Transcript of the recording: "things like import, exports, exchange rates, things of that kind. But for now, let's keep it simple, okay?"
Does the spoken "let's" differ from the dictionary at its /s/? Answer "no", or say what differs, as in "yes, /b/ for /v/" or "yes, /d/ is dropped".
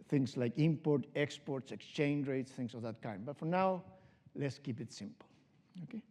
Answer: no